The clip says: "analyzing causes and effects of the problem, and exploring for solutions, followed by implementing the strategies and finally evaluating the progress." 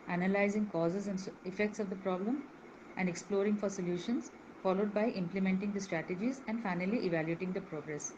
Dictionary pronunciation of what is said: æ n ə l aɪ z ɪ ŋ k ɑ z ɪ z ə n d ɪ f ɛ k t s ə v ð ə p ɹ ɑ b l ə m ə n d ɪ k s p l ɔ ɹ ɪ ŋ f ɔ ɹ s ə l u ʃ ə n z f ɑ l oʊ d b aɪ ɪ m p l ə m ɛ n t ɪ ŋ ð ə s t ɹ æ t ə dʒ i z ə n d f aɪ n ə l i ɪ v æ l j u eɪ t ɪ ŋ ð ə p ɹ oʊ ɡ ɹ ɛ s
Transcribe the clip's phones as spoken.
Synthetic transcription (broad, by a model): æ n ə l aɪ z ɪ ŋ k ɑ z ɪ z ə n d ɪ f ɛ k t s ə v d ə p ɹ ɑ b l ə m ə n d ɪ k s p l ɔ ɹ ɪ ŋ f ɔ ɹ s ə l u ʃ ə n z f ɑ l oʊ d b aɪ ɪ m p l ə m ɛ n t ɪ ŋ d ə s t ɹ æ t ə dʒ i z ə n d f aɪ n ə l i ɪ v æ l j u eɪ t ɪ ŋ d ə p ɹ oʊ ɡ ɹ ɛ s